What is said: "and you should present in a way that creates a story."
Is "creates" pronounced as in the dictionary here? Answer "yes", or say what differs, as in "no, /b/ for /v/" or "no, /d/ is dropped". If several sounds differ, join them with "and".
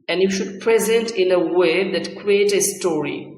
no, /s/ is dropped